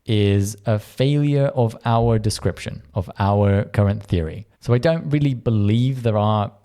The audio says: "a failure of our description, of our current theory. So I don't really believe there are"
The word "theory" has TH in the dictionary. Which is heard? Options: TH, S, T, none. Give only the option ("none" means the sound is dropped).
TH